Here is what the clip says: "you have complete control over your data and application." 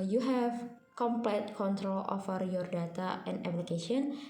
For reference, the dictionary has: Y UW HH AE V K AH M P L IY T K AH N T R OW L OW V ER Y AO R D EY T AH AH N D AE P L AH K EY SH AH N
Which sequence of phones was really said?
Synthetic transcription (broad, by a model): Y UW HH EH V K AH M P L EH T K AH N T R OW L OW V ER Y AO R D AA T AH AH N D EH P L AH K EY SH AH N